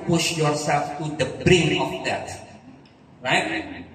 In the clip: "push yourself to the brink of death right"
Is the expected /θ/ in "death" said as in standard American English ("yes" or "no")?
no